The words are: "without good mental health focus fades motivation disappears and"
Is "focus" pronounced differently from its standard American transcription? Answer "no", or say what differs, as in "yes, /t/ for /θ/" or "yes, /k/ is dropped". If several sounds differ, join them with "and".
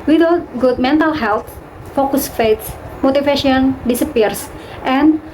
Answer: no